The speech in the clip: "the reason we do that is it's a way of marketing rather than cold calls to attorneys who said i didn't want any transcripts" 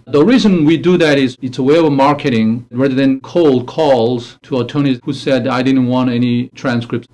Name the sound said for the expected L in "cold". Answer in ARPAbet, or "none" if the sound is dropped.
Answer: L